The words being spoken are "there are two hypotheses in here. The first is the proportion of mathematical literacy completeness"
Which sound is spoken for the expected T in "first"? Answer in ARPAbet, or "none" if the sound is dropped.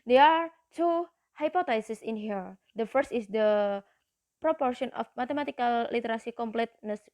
T